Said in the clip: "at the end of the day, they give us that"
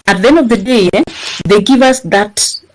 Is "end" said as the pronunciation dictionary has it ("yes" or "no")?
no